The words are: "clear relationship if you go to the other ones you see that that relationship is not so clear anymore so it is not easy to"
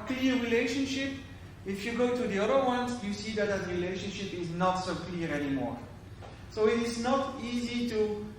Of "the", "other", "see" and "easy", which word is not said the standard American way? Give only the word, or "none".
none